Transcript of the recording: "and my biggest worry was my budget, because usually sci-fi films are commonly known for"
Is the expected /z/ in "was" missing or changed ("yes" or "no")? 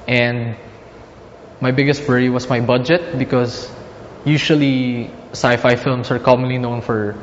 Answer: yes